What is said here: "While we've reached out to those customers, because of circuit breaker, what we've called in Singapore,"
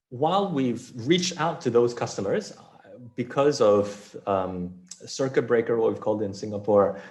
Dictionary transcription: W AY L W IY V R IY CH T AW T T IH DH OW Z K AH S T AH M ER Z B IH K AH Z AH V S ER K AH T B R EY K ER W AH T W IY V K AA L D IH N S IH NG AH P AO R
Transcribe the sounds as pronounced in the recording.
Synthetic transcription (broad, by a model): W AY L W IY V R IY CH T AW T T IH DH OW Z K AH S T AH M ER Z B IH K AH Z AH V S ER K AH T B R EY K ER W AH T W IY V K AA L D IH N S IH NG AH P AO R